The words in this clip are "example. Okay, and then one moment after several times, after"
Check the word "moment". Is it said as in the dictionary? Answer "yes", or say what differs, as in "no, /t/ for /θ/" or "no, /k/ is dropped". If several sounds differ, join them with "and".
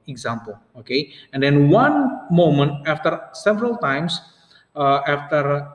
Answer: yes